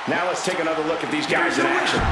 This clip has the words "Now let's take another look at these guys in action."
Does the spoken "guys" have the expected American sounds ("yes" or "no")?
yes